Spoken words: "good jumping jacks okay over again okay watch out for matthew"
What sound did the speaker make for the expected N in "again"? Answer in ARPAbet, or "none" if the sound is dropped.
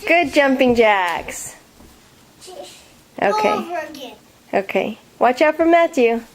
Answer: none